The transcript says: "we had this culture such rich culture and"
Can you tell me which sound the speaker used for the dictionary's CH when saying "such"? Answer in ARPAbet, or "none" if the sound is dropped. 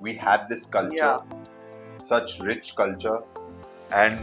CH